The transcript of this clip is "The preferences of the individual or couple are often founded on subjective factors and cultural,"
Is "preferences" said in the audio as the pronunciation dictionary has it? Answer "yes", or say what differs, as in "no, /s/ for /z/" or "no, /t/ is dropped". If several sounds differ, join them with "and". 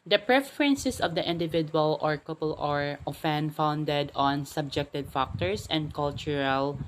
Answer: no, /s/ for /z/